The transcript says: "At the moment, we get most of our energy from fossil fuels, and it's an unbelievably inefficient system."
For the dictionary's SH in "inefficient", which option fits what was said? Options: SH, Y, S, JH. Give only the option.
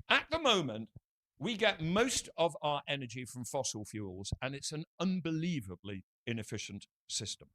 SH